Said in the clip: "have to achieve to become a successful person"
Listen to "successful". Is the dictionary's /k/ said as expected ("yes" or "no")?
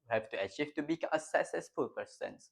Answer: no